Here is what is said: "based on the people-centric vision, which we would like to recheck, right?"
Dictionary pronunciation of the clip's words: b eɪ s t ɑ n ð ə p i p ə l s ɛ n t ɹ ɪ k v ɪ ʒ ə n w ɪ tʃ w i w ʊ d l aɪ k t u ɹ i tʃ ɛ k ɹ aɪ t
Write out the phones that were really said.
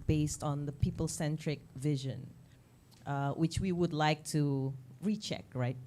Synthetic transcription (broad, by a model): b eɪ s t ɑ n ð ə p i p ə l s ɛ n t ɹ ɪ k v ɪ ʒ ə n w ɪ tʃ w i w ʊ d l aɪ k t u ɹ i tʃ ɛ k ɹ aɪ t